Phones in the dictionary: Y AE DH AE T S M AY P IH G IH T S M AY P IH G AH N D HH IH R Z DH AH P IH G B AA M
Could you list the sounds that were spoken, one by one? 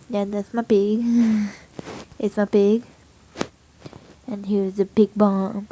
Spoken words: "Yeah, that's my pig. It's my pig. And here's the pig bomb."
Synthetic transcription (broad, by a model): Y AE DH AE T S M AY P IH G IH T S M AY P IH G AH N HH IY W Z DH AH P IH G B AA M